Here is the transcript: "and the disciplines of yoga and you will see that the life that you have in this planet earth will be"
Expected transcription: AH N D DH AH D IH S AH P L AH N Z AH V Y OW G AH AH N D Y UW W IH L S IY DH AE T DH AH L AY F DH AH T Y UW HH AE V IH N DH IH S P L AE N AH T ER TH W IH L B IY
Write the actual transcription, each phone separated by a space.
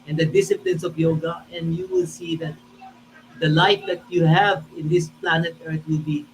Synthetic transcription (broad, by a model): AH N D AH D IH S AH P L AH N S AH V Y OW G AH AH N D Y UW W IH L S IY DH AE T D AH L AY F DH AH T Y UW HH AE V IH N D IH S P L AE N AH T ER T W IH L B IY